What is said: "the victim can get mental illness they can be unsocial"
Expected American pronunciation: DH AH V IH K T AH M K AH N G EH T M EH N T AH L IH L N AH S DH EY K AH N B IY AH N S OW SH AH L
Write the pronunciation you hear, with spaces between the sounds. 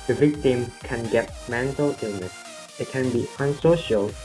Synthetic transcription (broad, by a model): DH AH V IH K T AH M K AH N G EH T M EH N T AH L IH N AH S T K AH N B IY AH N S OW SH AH L